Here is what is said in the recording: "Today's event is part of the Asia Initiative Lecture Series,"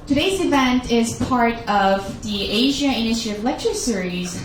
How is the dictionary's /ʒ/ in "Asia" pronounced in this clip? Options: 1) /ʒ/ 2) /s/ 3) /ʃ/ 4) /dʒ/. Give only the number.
1